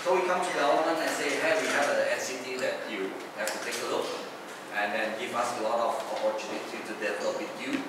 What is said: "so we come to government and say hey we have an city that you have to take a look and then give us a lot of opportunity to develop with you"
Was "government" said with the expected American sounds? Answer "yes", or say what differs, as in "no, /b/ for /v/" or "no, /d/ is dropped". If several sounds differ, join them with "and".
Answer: no, /v/ is dropped and /t/ is dropped